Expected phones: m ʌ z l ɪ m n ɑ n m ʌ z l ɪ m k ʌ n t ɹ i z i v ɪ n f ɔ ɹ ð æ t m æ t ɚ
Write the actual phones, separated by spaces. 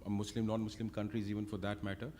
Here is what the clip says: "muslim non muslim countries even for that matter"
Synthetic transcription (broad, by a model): m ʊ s l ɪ m n ɑ n m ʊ s l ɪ m k ʌ n t ɹ i z i v ɪ n f ɔ ɹ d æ t m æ t ɚ